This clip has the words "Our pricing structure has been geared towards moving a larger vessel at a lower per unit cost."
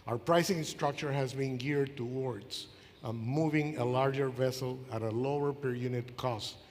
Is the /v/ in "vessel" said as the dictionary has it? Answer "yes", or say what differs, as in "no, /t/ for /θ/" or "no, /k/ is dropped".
yes